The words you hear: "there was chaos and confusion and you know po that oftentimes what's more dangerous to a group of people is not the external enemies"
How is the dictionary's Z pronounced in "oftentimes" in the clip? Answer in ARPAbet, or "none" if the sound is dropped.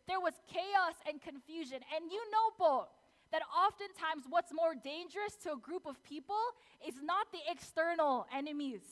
Z